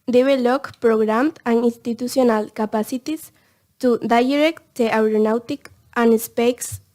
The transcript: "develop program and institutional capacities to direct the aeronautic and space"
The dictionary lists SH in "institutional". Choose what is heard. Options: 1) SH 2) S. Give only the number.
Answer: 2